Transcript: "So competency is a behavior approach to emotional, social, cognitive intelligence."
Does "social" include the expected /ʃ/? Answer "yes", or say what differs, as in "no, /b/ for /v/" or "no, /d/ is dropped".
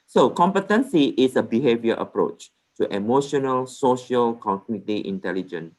yes